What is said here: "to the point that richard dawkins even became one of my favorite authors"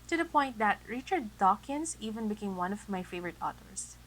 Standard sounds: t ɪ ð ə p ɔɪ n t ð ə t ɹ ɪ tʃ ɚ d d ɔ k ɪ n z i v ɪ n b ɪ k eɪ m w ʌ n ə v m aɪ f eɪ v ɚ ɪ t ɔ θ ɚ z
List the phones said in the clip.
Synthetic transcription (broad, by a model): t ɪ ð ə p ɔɪ n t ð ə t ɹ ɪ tʃ ɚ d d ɔ k ɪ n z i v ɪ n b ɪ k eɪ m w ʌ n ə v m aɪ f eɪ v ɚ ɪ t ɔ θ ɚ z